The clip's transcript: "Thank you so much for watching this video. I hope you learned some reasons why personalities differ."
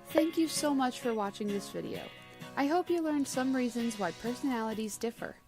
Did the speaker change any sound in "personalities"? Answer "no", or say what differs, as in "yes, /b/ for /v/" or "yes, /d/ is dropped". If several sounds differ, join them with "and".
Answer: no